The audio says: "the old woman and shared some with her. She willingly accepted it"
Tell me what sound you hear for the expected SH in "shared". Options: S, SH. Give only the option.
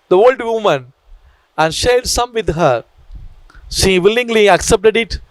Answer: SH